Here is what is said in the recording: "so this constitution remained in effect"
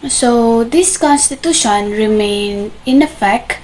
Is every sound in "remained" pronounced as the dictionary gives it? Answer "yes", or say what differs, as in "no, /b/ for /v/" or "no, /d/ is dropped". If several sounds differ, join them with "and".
no, /d/ is dropped